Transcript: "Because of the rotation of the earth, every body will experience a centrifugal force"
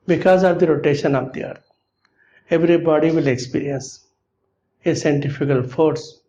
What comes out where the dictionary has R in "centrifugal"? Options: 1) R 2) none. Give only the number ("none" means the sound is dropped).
2